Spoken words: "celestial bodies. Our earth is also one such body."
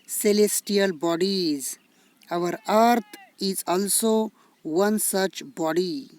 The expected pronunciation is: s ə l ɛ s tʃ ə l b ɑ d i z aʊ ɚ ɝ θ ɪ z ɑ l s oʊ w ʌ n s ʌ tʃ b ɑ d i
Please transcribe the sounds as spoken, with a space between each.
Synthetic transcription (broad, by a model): s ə l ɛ s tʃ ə l b ɑ d i z aʊ ɚ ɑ t ɪ z ɑ l s oʊ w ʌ n s ʌ tʃ b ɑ d i